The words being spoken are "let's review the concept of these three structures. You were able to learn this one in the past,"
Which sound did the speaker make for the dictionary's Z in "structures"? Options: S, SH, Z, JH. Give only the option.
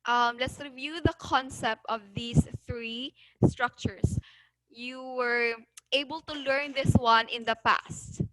S